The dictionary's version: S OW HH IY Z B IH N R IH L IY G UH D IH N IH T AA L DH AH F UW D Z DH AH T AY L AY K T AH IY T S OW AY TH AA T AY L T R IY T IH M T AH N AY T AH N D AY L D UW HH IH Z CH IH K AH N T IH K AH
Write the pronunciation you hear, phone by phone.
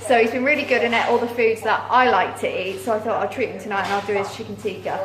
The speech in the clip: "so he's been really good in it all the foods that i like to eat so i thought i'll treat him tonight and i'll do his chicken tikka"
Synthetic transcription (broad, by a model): S OW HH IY Z B IH N R IH L IY G UH D IH N IH T AA L DH AH F UW D Z DH AH T AY L AY K T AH IY T S OW AY TH AA T AY L T R IY T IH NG T AH N AY T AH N AY L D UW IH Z CH IH K AH N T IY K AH